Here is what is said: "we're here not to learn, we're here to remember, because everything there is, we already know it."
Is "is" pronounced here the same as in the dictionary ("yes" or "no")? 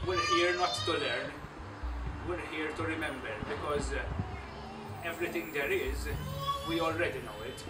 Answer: yes